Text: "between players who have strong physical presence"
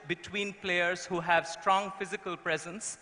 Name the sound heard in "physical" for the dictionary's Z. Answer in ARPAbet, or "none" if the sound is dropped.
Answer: Z